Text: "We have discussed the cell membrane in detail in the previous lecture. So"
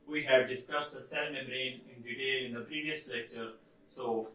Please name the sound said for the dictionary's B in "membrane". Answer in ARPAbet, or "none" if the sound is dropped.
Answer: none